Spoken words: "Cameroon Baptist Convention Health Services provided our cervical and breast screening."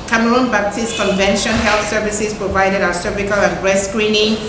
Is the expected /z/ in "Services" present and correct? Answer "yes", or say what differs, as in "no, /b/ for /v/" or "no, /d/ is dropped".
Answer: no, /s/ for /z/